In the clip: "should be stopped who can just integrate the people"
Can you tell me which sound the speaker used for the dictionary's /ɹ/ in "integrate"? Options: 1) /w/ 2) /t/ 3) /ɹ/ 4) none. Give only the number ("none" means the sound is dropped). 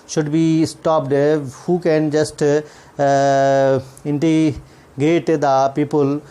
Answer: 4